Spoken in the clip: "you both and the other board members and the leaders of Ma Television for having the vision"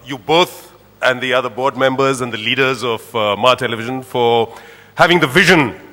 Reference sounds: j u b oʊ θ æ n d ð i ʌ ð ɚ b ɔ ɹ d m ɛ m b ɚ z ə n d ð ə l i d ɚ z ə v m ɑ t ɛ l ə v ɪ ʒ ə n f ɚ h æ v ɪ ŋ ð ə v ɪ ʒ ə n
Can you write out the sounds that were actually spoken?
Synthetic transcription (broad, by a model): j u b oʊ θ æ n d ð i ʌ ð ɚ b ɔ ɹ d m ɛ m b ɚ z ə n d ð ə l i d ɚ z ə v m ɑ t ɛ l ə v ɪ ʒ ə n f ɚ h æ v ɪ ŋ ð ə v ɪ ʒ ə n